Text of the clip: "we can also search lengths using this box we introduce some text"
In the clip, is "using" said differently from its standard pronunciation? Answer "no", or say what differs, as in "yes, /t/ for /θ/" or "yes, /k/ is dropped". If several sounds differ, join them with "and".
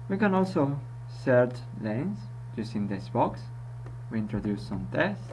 yes, /s/ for /z/